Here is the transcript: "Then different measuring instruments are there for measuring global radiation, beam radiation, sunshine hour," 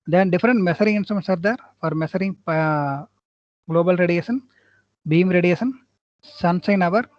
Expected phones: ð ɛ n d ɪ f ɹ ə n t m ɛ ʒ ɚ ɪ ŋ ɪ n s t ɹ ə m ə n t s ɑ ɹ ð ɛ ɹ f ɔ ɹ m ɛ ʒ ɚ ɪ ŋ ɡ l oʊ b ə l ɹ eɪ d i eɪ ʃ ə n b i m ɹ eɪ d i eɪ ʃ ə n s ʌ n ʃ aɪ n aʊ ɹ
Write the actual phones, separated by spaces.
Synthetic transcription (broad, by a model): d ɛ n d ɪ f ɹ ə n t m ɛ s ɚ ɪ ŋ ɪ n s t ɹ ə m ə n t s ɑ ɹ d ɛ ɹ f ɔ ɹ m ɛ s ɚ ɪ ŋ ɡ l oʊ b ə l ɹ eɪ d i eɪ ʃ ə n b i m ɹ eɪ d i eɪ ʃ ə n s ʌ n s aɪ n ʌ ɹ